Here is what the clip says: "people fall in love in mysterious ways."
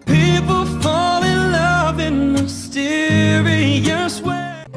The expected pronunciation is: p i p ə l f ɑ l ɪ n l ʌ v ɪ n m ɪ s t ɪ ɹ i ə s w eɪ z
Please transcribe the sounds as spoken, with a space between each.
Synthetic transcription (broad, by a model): p i p l f ɑ l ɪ l ʌ v ɪ n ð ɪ s t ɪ ɹ i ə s w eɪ